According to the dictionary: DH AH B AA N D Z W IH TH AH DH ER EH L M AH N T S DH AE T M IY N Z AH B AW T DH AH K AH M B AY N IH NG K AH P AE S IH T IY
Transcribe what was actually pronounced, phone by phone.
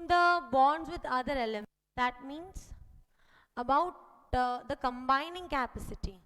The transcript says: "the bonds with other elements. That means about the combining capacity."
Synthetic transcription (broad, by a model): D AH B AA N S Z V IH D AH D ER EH L AH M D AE T M IY N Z AH B AW T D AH K AH M B AY N IH NG K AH P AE S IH T IY